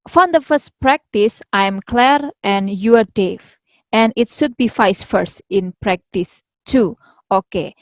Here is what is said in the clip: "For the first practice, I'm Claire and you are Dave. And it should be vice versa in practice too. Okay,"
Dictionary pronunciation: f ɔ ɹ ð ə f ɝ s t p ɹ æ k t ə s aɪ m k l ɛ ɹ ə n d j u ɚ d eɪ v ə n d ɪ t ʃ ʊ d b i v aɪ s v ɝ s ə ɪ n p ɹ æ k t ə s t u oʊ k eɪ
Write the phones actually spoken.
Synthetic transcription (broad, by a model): f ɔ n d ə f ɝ s t p ɹ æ k t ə s aɪ m k l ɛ ɹ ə n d j u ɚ d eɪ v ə n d ɪ t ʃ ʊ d b i f aɪ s f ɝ s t ɪ n p ɹ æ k t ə s t u oʊ k eɪ